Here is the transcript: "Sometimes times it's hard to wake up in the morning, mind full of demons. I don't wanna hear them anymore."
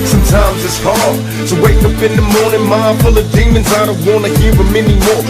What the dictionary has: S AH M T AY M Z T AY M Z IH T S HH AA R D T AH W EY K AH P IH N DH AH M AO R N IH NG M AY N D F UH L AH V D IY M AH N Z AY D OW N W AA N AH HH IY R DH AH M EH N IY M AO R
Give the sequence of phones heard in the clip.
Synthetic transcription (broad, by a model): S AH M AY M T AY M Z IH T S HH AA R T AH W EY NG AH P IH N DH AH M AO R N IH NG M AY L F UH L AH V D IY M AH N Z AY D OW W AA N AH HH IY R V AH M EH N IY M AO R